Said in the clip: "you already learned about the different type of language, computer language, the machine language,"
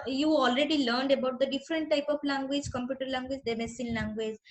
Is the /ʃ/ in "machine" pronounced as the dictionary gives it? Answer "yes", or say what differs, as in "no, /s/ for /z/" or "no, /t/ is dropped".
no, /s/ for /ʃ/